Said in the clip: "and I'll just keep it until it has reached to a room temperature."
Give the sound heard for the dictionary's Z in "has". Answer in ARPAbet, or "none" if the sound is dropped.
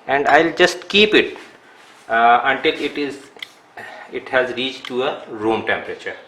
Z